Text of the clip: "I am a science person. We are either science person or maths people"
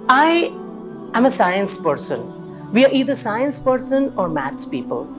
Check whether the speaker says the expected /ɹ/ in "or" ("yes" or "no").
yes